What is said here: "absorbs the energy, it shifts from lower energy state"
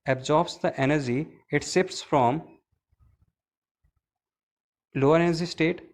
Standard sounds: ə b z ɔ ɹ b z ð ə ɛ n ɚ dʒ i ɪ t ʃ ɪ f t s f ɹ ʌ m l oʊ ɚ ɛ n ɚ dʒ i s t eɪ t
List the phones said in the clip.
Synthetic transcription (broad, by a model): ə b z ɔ ɹ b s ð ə ɛ n ɚ dʒ i ɪ t s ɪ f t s f ɹ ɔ m l oʊ ɚ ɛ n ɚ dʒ i s t eɪ t